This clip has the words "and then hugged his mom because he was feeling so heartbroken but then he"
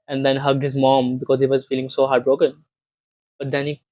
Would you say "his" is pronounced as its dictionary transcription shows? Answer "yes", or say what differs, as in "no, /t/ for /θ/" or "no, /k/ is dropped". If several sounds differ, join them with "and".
yes